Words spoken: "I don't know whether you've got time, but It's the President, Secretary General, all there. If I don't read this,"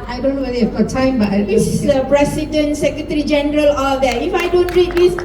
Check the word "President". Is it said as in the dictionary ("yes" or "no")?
no